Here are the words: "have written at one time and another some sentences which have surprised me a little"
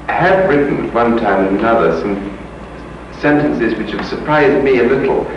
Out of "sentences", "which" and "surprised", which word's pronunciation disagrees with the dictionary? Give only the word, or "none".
none